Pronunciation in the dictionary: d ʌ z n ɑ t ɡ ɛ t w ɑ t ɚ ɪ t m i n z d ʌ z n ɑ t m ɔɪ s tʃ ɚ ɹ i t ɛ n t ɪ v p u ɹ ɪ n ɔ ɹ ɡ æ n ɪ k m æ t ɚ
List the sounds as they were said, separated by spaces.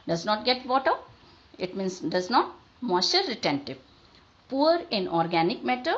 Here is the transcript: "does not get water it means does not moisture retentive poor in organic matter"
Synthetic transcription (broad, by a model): d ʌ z n ɑ t ɡ ɛ t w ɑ t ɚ ɪ t m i n s d ʌ z n ɑ t m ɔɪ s ɚ ɹ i t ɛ n t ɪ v p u ɹ ɪ n ɔ ɹ ɡ æ n ɪ k m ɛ t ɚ